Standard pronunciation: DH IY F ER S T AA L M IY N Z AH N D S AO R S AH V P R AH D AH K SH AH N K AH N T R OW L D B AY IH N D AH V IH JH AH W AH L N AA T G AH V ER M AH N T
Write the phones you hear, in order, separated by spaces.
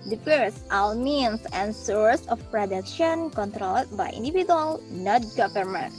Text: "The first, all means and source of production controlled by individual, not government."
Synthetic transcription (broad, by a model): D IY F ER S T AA W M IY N S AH N S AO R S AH F P R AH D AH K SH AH N K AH N T R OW L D B AY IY N D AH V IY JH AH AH L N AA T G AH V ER M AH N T